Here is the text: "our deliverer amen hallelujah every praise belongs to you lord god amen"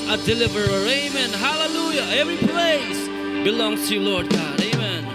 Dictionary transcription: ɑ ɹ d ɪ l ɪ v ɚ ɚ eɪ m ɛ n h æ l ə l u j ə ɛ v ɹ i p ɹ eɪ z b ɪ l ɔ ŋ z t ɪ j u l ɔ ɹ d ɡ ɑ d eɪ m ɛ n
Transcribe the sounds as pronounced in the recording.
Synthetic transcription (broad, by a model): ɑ d ɪ l ɪ v ɚ ɚ eɪ m ɛ n h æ l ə l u j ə ɛ v ɹ i p l eɪ s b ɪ l ɔ ŋ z t ɪ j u l ɔ ɹ d ɡ ɑ d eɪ m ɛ n